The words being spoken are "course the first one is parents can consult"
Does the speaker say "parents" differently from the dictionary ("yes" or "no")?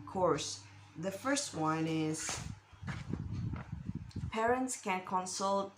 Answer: no